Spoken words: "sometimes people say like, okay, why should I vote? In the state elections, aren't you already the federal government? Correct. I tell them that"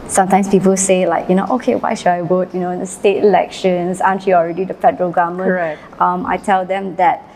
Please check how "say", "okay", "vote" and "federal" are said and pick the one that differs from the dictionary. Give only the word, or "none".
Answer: vote